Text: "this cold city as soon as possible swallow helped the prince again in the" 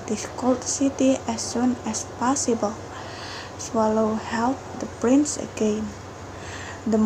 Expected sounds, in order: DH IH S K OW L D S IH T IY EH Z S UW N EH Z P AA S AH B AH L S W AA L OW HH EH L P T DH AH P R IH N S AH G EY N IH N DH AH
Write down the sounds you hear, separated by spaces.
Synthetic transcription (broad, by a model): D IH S K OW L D S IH T IY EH S UW N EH S P AA S AH B AH L S W AA L OW HH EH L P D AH P R IH N S AH G EY N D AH